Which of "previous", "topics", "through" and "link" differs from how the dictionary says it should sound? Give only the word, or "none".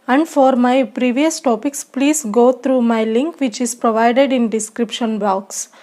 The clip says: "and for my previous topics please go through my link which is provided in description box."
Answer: through